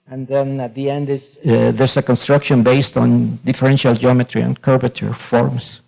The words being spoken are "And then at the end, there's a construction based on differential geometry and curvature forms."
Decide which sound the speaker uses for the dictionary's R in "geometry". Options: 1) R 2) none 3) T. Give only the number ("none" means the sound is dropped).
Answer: 1